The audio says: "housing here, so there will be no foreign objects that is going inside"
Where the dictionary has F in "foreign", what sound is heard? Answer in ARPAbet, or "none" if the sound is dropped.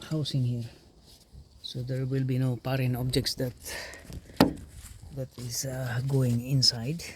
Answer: P